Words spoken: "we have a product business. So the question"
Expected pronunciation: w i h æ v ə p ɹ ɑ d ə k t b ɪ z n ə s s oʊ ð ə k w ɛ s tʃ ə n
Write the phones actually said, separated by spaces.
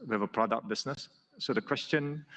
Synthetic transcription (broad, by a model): w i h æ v ə p ɹ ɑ d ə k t b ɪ s n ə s s oʊ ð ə k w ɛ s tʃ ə n